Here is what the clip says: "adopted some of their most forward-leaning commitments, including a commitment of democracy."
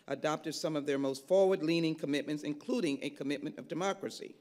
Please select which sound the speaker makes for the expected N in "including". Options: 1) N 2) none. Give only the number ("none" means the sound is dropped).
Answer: 1